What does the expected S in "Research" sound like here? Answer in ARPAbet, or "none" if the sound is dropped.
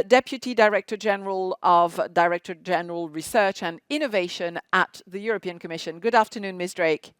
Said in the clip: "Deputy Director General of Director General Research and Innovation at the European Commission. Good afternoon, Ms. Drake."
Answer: S